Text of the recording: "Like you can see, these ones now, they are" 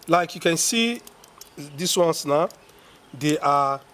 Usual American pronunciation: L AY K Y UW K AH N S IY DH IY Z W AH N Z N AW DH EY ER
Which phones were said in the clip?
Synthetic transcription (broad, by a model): L AY K Y UW K AH N S IY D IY S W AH N S N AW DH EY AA